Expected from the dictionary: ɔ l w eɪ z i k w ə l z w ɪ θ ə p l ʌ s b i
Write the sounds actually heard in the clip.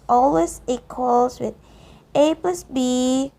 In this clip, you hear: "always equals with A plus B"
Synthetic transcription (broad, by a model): ɔ l w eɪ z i k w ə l s w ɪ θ ə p ʌ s b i